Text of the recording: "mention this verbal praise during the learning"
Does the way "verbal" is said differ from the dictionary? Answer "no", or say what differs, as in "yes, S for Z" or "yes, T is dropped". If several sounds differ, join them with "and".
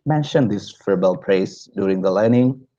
yes, F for V